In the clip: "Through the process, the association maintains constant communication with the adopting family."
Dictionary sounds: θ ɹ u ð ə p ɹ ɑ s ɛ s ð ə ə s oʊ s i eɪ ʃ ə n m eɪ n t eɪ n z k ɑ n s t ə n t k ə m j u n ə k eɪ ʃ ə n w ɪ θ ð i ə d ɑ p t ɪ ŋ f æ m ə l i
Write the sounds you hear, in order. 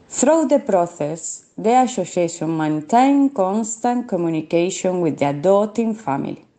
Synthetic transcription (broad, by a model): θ ɹ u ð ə p ɹ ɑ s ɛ s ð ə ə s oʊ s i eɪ s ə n m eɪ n t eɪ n k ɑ n s t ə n k ə m j u n ə k eɪ ʃ ə n w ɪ ð i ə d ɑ t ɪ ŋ f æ m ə l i